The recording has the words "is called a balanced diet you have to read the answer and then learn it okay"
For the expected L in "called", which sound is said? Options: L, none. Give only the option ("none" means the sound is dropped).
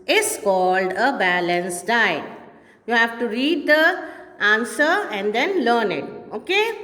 L